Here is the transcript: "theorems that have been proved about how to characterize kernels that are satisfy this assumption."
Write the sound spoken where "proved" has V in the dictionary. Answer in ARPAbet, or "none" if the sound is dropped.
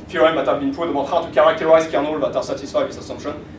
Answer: none